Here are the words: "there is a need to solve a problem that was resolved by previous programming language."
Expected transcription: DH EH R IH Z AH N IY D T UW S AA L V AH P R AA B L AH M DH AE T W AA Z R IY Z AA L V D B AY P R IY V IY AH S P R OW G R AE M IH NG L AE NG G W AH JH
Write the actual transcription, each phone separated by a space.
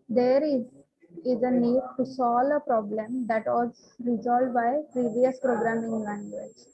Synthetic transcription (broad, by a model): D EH R IH Z AH N IY D T UW S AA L AH P R AA B L AH M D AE T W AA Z R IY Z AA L D B AY P R IY V IY AH S P R OW G R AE M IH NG L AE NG G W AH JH